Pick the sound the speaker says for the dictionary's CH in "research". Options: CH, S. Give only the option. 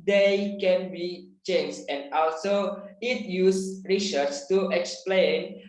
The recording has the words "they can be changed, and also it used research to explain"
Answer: S